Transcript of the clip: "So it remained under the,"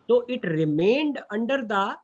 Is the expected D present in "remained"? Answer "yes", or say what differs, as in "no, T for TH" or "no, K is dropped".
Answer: yes